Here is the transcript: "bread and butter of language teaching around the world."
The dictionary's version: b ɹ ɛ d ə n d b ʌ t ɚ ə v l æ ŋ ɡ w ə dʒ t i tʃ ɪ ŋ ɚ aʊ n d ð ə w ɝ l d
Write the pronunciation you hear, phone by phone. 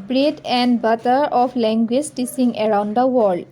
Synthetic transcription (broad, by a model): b ɹ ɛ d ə n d b ʌ t ɚ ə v l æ ŋ ɡ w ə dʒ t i s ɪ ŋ ɚ aʊ n d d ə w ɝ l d